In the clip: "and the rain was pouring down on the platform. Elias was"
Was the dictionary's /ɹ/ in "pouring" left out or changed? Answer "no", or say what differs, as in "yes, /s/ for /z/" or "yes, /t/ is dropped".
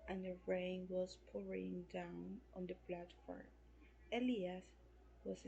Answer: no